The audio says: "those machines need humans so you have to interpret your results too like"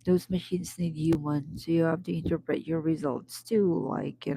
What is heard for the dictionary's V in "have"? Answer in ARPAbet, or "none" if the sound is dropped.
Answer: F